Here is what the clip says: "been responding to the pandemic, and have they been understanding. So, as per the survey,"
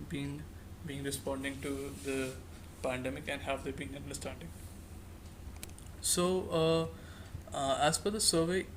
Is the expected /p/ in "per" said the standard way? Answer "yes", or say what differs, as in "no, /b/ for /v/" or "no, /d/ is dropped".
no, /f/ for /p/